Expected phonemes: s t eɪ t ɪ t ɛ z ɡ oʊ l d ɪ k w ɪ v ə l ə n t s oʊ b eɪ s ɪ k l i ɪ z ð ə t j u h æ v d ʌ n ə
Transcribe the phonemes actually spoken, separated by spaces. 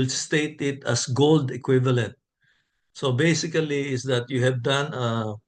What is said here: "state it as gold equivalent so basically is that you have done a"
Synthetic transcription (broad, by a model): s t eɪ t ɪ t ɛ s ɡ oʊ l d ɪ k w ɪ v ə l ə n t s oʊ b eɪ s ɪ k l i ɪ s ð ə t j u h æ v d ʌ n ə